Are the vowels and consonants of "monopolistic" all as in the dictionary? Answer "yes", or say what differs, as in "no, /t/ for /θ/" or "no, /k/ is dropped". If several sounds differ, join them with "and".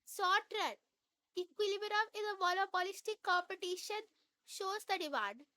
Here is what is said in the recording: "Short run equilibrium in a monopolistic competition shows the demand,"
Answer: no, /l/ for /n/